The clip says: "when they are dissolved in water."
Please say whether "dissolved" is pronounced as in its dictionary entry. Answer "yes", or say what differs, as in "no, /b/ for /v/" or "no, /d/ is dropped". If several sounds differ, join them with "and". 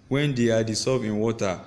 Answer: no, /s/ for /z/ and /l/ is dropped and /d/ is dropped